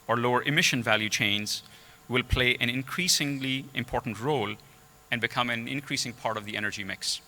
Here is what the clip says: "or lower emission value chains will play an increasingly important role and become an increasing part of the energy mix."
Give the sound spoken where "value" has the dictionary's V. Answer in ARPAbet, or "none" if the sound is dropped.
V